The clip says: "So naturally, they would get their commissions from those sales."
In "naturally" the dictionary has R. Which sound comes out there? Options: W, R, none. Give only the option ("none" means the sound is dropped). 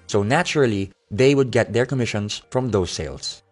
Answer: R